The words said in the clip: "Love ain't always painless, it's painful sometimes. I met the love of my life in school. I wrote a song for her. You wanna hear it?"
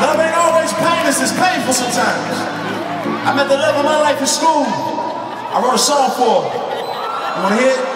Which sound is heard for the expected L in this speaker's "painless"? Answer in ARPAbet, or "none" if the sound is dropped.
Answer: none